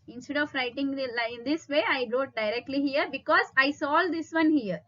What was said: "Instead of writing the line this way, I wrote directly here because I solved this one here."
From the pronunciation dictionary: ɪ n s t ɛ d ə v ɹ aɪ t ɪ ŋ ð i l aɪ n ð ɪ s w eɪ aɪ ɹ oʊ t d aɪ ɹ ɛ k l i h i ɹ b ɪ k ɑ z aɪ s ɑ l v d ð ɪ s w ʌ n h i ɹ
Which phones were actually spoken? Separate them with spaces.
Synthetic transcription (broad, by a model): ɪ n s t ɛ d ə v ɹ aɪ t ɪ ŋ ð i l aɪ n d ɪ s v eɪ aɪ ɹ oʊ t d aɪ ɹ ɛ k l i h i ɹ b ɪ k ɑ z aɪ s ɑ l d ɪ s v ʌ n h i ɹ